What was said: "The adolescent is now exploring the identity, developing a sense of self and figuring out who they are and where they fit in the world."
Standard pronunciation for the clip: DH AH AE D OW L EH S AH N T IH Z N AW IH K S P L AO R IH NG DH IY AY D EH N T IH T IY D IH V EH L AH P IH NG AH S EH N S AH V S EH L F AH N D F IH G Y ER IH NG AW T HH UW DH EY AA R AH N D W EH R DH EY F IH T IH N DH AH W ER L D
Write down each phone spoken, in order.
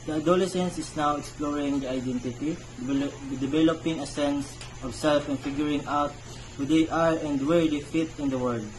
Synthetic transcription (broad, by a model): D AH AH D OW L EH S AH N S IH S N AW IH K S P L AO R IH NG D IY AY D EH N T IH T IY D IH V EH L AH P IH NG AH S EH N S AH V S EH L F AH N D F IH G Y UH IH NG AW T HH UW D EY AA R AH N D W EH R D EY F IH T IH N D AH W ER D